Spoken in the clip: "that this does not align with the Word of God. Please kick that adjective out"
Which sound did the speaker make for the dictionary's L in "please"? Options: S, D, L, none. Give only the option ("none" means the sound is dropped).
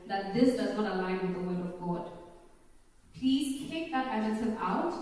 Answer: L